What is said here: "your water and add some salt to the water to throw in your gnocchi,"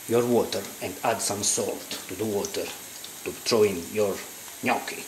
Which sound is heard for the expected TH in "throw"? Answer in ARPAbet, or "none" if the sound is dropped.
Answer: T